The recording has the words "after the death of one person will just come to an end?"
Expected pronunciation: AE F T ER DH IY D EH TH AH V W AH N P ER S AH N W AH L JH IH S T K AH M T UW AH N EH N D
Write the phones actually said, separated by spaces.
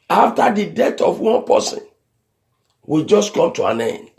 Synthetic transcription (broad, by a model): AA F T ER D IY D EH T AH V W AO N P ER S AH N W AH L JH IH S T K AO M T UW AH N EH N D